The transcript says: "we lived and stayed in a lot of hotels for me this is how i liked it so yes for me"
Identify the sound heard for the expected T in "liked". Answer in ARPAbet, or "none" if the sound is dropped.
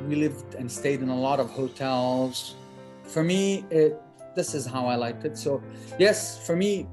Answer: T